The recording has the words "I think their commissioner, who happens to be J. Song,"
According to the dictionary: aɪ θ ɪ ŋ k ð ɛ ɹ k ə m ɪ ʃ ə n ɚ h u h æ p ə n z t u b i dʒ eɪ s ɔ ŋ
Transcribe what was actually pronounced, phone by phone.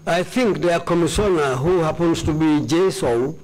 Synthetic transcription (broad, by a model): aɪ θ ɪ ŋ k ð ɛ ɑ k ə m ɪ s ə n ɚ h u h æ p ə n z t u b i dʒ eɪ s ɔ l